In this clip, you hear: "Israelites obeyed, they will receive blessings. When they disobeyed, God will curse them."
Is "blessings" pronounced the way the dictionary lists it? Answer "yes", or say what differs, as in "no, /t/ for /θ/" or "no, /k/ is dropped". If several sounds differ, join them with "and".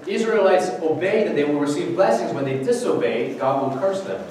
yes